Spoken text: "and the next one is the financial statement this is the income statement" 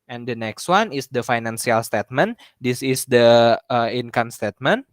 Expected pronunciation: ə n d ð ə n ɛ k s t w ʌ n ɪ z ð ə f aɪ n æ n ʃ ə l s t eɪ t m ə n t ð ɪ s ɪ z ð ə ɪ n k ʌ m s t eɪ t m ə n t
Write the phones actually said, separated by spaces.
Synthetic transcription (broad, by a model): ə n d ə n ɛ k s t w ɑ n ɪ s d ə f aɪ n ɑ n s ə l s t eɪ t m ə n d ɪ s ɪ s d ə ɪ n k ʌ m s t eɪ t m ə n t